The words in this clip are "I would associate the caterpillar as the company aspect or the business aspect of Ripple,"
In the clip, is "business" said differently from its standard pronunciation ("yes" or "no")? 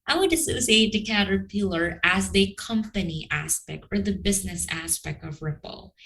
no